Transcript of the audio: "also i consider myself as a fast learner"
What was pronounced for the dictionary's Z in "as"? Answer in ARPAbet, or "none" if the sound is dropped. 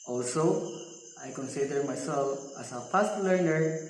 S